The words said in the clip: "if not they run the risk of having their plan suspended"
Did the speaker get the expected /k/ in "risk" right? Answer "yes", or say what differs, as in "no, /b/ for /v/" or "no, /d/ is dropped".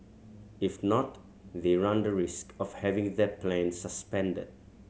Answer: yes